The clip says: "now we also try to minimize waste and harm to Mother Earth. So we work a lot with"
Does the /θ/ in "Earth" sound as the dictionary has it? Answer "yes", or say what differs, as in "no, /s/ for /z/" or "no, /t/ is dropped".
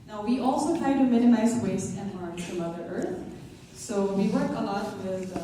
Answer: yes